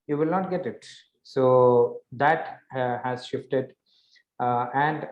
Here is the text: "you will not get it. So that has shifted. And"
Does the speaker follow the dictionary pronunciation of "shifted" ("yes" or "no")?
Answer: yes